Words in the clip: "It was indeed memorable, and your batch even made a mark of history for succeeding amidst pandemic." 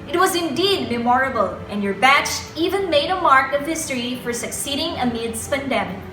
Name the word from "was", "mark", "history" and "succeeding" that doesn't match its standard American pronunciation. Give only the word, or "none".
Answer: none